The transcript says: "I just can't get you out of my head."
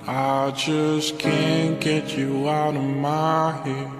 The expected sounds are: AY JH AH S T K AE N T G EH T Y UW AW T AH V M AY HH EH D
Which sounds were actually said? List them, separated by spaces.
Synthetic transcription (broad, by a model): AY JH AH S K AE N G EH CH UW AW T AH V M AY HH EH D